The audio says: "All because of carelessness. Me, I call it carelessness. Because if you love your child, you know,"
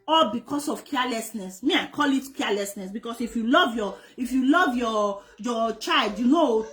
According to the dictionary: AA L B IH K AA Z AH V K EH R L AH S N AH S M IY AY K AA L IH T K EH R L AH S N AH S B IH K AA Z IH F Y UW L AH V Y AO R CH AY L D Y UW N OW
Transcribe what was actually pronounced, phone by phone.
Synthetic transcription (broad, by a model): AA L B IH K AA S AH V K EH L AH S N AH S M IY AY K AA L IH T K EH L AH S N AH S B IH K AA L IH F Y UW L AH V Y AO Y CH AY L D Y UW N OW